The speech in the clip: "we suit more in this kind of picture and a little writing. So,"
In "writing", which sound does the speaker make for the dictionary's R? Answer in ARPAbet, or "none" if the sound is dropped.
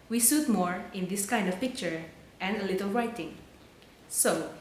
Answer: R